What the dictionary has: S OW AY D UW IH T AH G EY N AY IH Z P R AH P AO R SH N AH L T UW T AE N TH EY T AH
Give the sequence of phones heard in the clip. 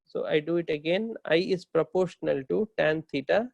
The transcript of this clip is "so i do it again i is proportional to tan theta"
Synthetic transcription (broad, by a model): S OW AY D UW IH T AH G EY N AY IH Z P R AH P AO R SH N AH L T UW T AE N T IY T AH